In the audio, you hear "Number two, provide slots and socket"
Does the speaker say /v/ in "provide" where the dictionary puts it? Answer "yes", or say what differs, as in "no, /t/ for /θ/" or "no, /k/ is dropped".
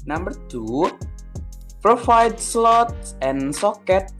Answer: no, /f/ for /v/